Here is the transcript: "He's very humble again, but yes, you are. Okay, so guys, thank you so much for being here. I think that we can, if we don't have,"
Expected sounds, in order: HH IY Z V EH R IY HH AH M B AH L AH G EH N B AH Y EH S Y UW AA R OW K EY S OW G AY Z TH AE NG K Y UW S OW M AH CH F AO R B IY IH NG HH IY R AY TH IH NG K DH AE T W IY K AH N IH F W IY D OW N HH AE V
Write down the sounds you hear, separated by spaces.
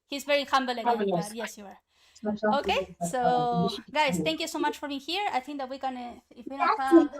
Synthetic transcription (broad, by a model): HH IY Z V EH R IY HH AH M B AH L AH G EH Y EH S Y UW AA R OW K EY S OW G AY S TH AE NG K Y UW S OW M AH CH F AO R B IY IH NG HH IY R AY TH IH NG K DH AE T W IY K AH N IH F W IY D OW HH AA